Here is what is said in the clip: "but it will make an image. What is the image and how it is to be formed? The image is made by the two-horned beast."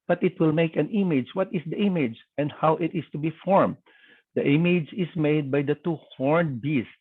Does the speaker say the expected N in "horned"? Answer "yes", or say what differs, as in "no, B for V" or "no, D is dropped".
yes